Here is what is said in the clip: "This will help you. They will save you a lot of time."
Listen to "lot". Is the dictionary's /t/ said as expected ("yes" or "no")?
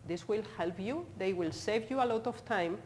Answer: yes